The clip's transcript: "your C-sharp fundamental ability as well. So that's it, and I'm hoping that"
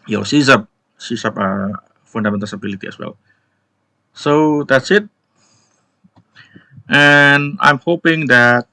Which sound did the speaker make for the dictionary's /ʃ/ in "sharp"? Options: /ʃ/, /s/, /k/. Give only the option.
/s/